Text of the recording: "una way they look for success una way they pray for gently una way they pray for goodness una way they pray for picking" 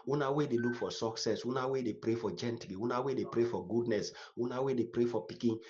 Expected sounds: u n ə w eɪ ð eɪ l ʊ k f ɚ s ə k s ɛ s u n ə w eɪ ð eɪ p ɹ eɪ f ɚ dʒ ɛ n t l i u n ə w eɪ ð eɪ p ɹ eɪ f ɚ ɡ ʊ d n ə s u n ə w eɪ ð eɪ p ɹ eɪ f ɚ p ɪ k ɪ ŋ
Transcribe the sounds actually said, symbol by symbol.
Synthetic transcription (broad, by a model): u n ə w eɪ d eɪ l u k f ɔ s ə k s ɛ s u n ə w eɪ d eɪ p ɹ eɪ f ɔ dʒ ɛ n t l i u n ə w eɪ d eɪ p ɹ eɪ f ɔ ɡ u d n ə s u n ə w eɪ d eɪ p ɹ eɪ f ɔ p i k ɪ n